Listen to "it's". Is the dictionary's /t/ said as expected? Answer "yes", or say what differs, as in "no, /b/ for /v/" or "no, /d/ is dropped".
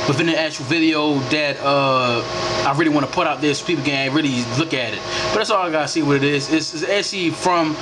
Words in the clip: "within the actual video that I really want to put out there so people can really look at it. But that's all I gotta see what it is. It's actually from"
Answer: no, /s/ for /t/